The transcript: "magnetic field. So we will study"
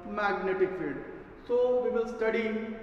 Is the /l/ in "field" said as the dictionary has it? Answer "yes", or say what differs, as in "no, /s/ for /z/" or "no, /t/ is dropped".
no, /l/ is dropped